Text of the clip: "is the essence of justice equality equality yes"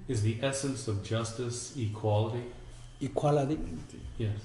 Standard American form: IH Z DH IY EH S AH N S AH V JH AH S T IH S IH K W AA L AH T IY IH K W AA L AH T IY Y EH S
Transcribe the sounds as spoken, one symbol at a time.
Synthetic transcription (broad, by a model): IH Z DH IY EH S AH N S AH V JH AH S T IH S IH K W AA L AH T IY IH K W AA L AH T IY Y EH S